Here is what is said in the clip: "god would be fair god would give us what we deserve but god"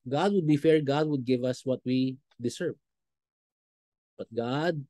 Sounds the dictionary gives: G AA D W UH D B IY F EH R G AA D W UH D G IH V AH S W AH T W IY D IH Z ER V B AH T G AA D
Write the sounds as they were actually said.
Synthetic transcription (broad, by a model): G AA D W UH D B IY F EH R G AA D W UH D G IH V AH S W AH T W IY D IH S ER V B AH T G AA D